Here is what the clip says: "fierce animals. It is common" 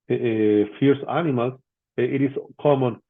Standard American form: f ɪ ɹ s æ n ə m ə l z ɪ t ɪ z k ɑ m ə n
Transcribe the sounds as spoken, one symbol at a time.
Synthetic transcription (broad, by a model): f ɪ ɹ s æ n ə m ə l ɪ t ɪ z k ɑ m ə n